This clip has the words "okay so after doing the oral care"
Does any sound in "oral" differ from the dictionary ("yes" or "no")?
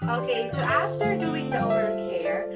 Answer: yes